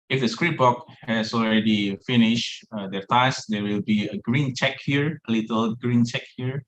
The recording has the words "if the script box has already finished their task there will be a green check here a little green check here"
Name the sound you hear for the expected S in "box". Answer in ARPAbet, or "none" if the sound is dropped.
none